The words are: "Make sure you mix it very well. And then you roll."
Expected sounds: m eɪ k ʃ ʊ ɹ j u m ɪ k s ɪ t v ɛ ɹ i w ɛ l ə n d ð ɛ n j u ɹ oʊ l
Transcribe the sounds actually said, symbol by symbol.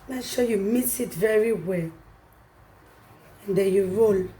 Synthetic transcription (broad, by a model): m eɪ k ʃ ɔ j u m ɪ s ɪ t v ɛ ɹ i w ɛ l ə n d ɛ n j u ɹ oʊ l